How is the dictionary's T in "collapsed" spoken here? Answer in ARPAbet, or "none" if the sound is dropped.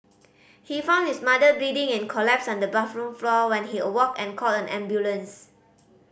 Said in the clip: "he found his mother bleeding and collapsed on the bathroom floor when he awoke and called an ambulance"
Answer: none